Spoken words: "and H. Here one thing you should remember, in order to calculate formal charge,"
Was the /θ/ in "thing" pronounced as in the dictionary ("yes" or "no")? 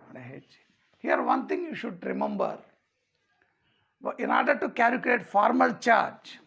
no